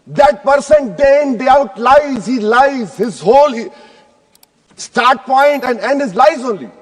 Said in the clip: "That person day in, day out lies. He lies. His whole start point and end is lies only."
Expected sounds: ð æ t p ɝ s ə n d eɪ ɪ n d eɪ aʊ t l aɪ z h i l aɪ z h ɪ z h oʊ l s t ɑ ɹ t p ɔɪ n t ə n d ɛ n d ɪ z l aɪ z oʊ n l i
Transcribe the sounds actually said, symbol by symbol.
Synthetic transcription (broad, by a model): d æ t p ɝ s ə n d eɪ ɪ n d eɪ aʊ t l aɪ z h i l aɪ z h ɪ z h oʊ l s t ɑ ɹ t p ɔɪ n t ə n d ɛ n d ɪ z l aɪ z oʊ n l i